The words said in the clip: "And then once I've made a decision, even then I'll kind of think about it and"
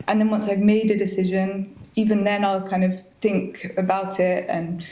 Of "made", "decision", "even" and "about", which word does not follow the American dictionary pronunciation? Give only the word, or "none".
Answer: none